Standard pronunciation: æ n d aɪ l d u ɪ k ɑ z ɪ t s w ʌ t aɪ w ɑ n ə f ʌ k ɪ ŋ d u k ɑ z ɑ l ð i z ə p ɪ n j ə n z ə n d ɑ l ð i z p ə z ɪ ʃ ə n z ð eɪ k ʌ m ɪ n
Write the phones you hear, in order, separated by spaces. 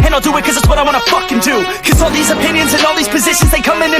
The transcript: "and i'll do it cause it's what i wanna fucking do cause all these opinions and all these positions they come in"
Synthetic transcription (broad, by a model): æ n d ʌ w ɪ k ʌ z ɪ t s w ʌ t aɪ w ɑ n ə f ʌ k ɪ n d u k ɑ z ɑ l ð i z ə p ɪ n j ə n z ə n ɑ l ð i z p ə z ɪ ʃ ə n z ð eɪ k ʌ m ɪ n